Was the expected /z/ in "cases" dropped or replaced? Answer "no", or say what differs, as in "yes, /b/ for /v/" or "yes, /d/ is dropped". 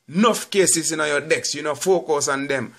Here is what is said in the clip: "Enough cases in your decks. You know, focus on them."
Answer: yes, /s/ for /z/